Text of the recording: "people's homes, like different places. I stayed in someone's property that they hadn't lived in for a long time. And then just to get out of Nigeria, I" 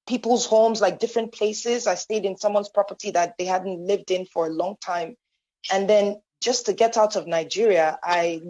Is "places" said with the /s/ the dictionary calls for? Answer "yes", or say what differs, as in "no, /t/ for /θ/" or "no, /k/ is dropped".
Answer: yes